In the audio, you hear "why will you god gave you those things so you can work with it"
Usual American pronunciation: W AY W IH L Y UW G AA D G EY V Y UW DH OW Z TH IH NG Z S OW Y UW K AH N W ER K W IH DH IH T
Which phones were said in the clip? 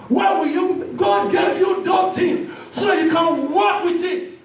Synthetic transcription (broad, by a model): W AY W IH L Y UW G AA D G EY V Y UW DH OW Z T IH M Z S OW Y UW K AH N W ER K W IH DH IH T